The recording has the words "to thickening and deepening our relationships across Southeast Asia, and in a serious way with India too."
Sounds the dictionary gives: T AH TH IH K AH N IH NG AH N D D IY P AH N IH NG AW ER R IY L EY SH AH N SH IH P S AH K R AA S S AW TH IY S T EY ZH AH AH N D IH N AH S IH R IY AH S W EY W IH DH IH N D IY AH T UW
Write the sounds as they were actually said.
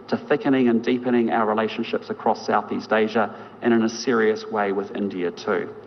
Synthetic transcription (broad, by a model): T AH TH IH K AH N IH NG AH N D D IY P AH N IH NG AW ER R IY L EY SH AH N SH IH P S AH K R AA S S AW TH IY S T EY ZH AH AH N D IH N AH S IH R IY AH S W EY W IH DH IH N D IY AH T UW